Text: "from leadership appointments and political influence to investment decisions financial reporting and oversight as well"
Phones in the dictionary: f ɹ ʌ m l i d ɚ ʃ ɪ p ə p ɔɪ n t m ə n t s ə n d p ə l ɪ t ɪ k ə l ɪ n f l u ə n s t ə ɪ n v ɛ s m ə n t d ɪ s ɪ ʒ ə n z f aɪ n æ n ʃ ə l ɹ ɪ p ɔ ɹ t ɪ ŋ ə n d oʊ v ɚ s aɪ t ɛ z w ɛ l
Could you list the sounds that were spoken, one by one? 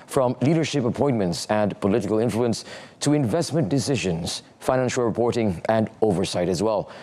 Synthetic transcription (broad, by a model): f ɹ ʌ m l i d ɚ ʃ ɪ p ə p ɔɪ n m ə n t s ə n p ə l ɪ t ɪ k ə l ɪ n f l u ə n s t ə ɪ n v ɛ s m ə n d ɪ s ɪ ʒ ə n z f aɪ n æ n ʃ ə l ɹ ɪ p ɔ ɹ t ɪ ŋ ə n oʊ v ɚ s aɪ t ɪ z w ɛ l